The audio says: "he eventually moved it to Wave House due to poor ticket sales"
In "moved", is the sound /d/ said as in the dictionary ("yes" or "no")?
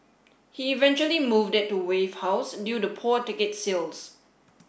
yes